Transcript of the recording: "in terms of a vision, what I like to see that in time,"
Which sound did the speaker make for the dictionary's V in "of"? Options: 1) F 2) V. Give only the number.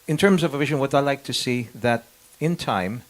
2